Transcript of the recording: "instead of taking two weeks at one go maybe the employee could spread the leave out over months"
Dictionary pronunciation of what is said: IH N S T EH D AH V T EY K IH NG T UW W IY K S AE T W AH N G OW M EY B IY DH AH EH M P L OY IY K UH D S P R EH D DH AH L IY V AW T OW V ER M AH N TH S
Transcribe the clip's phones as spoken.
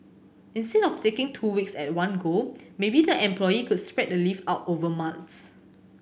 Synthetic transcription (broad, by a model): IH N S T EH D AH F T EY K IH NG T UW W IY K S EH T W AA N G OW M EY B IY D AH EH M P L OY IY K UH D S P R EH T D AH L IY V AW T OW V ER M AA N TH S